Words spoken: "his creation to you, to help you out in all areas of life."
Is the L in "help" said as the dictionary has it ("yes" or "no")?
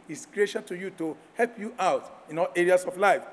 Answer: yes